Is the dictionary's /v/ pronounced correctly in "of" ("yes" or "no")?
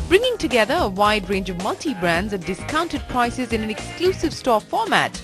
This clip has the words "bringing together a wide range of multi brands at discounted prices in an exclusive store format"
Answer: yes